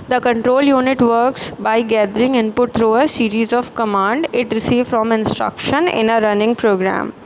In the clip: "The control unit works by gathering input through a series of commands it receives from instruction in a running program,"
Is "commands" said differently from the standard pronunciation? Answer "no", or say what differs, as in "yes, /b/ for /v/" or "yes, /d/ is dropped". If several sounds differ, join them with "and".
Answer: yes, /z/ is dropped